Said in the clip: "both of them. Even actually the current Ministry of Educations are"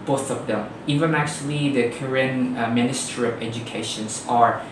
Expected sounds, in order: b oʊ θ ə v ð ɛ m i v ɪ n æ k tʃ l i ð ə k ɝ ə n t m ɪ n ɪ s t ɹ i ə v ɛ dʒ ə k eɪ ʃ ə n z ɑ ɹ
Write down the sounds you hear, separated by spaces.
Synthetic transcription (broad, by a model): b oʊ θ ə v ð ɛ m i v ɪ n æ k tʃ l i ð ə k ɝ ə n m ɪ n ɪ s t ɹ i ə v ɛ dʒ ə k eɪ ʃ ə n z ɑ ɹ